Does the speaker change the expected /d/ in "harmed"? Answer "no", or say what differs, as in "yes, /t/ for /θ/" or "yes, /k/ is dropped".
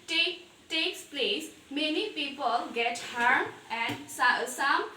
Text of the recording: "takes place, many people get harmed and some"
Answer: yes, /d/ is dropped